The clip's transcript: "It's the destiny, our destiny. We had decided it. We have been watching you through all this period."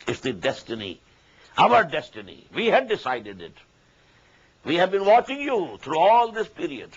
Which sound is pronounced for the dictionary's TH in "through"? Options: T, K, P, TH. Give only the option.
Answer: T